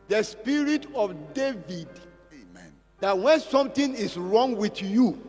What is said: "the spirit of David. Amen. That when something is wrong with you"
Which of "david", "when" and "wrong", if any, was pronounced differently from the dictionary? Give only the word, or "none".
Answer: none